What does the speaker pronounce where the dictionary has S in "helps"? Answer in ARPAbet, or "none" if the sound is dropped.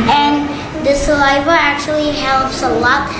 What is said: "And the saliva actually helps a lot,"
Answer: S